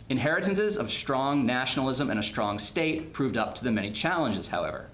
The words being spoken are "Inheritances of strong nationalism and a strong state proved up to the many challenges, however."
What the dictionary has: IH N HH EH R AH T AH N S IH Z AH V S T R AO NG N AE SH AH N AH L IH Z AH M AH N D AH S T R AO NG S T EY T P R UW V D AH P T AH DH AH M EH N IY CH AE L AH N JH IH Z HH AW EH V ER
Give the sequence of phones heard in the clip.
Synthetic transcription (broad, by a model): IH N HH EH R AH T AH N S IH Z AH V S T R AO NG N AE SH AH N L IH Z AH M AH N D AH S T R AO NG S T EY T P R UW V D AH P T AH DH AH M EH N IY CH AE L AH N JH IH Z HH AW EH V ER